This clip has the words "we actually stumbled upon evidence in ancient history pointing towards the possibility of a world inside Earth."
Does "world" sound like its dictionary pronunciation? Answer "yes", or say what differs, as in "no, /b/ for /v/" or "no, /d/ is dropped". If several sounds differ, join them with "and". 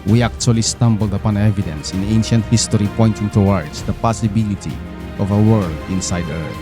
no, /l/ is dropped